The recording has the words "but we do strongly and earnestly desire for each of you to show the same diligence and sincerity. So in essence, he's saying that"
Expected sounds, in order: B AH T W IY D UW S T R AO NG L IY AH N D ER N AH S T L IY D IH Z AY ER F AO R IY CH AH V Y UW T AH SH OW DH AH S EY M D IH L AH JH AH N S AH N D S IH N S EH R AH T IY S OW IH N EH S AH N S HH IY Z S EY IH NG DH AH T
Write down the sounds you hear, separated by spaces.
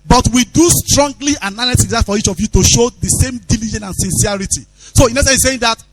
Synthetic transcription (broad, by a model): B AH T W IY D UW S T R AO NG L IY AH N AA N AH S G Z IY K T F AO R IY CH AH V Y UW T AH SH OW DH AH S EY M D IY L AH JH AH N AH N S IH N S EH R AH T IY S OW IH N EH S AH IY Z S EY IH NG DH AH T